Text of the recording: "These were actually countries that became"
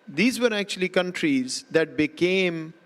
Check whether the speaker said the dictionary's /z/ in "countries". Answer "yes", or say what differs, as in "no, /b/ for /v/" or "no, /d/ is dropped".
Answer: yes